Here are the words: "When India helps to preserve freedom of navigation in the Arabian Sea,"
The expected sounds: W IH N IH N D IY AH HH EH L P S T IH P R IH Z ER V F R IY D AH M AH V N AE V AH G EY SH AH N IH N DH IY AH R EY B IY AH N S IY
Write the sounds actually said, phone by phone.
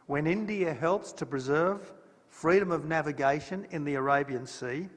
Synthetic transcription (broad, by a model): W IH N IH N D IY AH HH EH L P S T IH P R IH Z ER V F R IY D AH M AH V N AE V AH G EY SH AH N IH N DH IY AH R EY B IY AH N S IY